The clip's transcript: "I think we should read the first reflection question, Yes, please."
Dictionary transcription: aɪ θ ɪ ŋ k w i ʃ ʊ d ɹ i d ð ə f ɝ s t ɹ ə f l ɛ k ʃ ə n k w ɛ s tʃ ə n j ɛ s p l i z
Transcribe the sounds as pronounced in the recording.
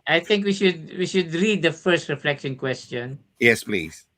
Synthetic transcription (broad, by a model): aɪ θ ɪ ŋ k w i ʃ ʊ d w i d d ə f ɝ s t ɹ ə f l ɛ k ʃ ə n k w ɛ s tʃ ə n j ɛ s p l i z